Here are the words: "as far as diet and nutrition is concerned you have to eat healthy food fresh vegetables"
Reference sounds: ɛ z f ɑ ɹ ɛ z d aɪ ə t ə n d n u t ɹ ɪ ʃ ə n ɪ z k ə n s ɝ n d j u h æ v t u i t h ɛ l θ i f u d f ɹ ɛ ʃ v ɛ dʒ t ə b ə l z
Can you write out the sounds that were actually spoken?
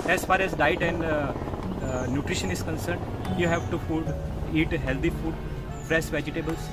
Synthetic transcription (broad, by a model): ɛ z f ɑ ɹ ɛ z d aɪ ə t ə n d n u t ɹ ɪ ʃ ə n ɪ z k ə n s ɝ n d j u h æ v t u i t h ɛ l t i f u d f ɹ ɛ s v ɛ dʒ t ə b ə l